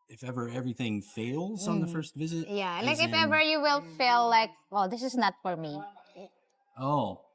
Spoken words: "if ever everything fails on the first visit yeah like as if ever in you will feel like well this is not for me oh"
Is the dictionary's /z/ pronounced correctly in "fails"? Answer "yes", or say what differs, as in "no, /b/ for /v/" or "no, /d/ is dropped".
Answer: yes